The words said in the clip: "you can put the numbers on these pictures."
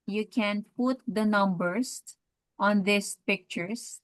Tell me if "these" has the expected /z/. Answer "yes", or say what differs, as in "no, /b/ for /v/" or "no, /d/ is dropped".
no, /s/ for /z/